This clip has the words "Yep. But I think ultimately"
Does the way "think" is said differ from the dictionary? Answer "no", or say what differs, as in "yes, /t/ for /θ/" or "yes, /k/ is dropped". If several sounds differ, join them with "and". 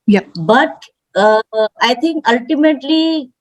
yes, /t/ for /θ/